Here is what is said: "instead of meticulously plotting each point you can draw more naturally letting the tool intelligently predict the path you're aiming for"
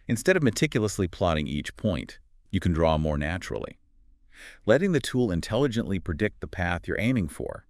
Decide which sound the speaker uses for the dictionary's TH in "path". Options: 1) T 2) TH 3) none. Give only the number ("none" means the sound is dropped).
2